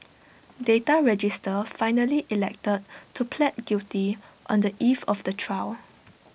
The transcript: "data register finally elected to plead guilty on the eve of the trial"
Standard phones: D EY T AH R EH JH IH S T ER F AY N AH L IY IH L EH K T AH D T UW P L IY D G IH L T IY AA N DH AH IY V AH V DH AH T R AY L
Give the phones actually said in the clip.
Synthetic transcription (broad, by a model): D EY T AH R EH JH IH S T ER F AY N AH L IY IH L EH K T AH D T UW P L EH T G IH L T IY AA N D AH IY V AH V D AH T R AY W